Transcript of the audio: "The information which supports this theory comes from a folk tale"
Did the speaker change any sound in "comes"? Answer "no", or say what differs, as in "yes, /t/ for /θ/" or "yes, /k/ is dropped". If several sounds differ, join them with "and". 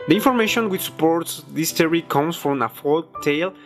yes, /s/ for /z/